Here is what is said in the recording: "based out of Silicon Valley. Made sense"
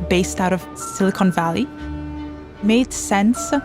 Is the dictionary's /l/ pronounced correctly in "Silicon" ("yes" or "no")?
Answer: yes